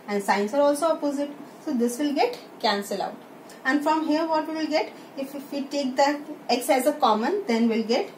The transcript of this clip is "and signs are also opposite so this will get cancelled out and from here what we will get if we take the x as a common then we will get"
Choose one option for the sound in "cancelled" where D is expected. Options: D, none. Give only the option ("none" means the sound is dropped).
none